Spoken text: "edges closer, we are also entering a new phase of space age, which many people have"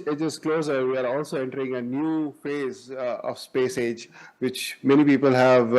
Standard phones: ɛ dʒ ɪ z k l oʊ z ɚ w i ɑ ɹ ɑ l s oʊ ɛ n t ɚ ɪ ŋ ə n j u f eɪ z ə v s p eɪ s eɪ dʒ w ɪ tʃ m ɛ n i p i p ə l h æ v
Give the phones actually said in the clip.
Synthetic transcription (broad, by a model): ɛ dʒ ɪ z k l oʊ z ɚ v i ɑ ɹ ɑ l s oʊ ɛ n t ɚ ɪ ŋ ə n j u f eɪ z ə v s p eɪ s eɪ dʒ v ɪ tʃ m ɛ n i p i p ə l h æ v